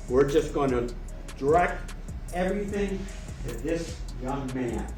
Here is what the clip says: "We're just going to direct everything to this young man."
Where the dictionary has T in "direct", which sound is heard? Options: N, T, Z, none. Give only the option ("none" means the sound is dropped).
none